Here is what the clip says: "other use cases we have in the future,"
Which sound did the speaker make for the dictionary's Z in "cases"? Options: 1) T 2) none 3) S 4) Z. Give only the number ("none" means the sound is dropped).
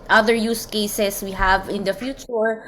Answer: 3